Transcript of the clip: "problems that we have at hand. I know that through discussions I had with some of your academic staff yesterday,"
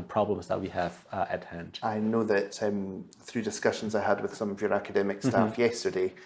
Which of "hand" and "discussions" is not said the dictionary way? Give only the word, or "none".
none